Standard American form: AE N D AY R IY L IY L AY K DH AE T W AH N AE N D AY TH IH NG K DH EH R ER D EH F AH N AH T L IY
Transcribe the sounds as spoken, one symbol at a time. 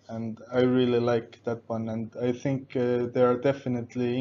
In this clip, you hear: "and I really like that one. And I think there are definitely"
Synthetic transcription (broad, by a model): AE N D AY R IY L IY L AY K DH AE T W AH N AE N D AY TH IH NG K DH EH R D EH F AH N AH T L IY